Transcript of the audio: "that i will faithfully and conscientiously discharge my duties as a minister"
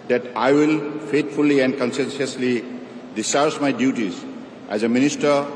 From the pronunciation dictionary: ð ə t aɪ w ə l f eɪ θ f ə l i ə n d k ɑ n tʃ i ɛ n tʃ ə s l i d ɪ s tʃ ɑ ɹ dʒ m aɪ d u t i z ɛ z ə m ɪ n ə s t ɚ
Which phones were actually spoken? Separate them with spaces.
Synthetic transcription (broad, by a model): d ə t aɪ w ə l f eɪ t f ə l i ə n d k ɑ n s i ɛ n s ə s l i d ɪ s ɑ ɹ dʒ m aɪ d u t i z ɛ z ə m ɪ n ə s t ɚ